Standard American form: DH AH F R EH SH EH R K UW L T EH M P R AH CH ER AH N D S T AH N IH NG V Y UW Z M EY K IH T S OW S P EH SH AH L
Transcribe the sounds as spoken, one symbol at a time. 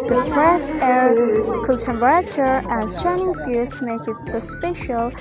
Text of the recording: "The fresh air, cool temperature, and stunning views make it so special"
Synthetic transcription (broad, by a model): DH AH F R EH S EH R K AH N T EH M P R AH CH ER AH N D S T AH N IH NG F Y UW S M EY K IH T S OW S P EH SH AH L